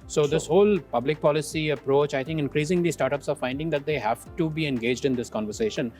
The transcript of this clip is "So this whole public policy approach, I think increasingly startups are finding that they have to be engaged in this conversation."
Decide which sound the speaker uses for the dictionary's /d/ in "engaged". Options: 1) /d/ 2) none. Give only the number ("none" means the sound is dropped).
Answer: 1